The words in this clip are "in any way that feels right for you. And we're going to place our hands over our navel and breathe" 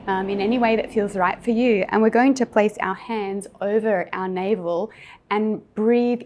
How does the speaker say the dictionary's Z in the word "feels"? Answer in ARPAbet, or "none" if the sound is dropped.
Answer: Z